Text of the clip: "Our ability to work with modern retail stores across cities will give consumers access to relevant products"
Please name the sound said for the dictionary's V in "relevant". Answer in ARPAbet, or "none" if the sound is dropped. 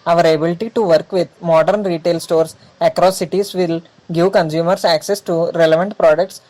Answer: V